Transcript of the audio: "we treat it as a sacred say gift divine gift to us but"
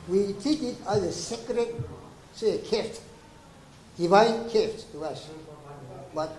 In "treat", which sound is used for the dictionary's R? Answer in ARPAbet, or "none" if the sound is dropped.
none